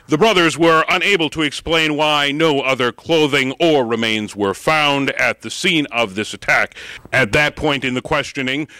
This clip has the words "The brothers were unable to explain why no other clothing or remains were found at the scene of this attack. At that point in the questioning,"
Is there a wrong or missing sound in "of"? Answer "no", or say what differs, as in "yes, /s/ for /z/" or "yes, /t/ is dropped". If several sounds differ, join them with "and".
no